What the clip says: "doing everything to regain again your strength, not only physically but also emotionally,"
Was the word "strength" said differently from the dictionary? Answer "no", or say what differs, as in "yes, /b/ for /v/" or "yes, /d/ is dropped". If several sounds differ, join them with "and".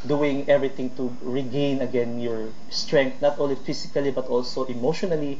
yes, /t/ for /θ/